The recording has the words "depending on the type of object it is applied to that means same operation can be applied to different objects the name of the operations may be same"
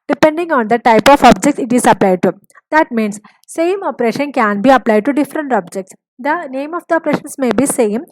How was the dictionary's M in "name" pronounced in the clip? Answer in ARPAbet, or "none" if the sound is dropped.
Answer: M